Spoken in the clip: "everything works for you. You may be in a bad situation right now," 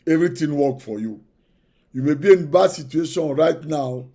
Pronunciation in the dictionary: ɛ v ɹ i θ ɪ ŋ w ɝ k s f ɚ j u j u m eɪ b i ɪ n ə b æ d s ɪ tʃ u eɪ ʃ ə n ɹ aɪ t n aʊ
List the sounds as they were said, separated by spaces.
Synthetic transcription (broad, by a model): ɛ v ɹ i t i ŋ w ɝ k f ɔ j u j u m eɪ b i ɪ n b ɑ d s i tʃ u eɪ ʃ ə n ɹ aɪ t n aʊ